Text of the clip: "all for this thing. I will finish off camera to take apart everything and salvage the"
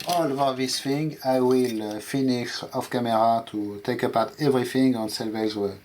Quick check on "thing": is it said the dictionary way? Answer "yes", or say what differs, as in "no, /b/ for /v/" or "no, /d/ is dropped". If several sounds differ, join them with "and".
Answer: no, /f/ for /θ/